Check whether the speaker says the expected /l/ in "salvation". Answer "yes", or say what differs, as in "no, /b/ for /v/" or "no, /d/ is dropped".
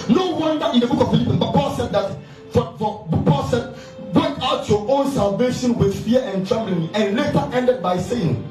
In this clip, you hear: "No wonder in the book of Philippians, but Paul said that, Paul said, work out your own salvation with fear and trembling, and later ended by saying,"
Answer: yes